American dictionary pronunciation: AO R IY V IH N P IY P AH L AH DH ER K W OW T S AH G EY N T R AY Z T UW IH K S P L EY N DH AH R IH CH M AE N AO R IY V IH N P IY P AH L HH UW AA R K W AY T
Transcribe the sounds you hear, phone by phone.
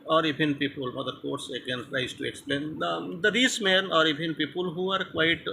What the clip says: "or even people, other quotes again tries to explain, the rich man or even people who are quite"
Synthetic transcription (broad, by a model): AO R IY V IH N P IY P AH L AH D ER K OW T S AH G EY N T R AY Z T UW IH K S P L EY N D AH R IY S M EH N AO R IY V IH N P IY P AH L HH UW AA R K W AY T